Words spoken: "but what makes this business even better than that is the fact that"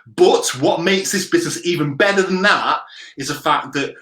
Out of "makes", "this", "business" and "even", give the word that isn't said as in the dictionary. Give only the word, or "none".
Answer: none